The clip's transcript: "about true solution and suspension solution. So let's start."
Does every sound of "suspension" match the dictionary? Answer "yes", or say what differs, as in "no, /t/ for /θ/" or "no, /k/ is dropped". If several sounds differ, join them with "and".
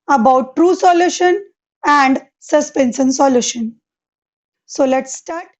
no, /s/ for /ʃ/